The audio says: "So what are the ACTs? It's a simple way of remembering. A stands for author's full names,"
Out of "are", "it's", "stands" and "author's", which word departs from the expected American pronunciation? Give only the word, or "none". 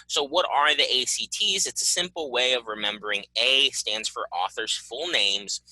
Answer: none